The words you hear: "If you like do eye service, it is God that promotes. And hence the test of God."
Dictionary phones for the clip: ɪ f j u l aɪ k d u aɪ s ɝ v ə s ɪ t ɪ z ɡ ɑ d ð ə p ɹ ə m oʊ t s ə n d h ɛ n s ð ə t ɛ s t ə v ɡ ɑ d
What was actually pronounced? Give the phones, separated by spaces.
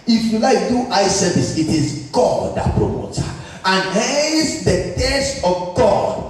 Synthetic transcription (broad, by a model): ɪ f j u l aɪ k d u aɪ s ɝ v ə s ɪ t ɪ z ɡ ɑ d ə p ɹ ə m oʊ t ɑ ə n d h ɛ s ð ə t ɛ s t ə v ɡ ɑ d